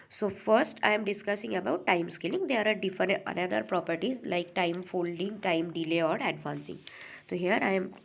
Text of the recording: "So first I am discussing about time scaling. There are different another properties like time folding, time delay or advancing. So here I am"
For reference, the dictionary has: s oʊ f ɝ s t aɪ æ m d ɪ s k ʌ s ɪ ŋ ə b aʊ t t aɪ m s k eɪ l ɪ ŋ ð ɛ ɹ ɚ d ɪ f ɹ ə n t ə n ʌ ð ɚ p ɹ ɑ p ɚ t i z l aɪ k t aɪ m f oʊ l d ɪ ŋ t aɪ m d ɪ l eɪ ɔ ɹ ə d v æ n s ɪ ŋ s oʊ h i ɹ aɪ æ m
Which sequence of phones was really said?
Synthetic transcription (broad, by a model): s oʊ f ɝ s t aɪ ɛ m d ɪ s k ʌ s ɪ ŋ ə b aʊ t t aɪ m s k eɪ l ɪ ŋ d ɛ ɹ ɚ d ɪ f ə t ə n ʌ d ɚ p ɹ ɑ p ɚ t i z l aɪ k t aɪ m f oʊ l d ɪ ŋ t aɪ m d ɪ l eɪ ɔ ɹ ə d v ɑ n s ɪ ŋ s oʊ h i ɹ aɪ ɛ m